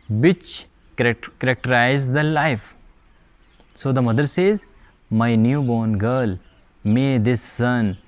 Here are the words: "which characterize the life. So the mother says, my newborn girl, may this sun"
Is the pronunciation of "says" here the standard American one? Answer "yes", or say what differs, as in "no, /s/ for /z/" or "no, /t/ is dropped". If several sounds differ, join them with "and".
yes